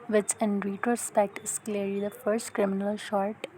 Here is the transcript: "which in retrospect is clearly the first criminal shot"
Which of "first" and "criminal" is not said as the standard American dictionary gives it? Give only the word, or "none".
none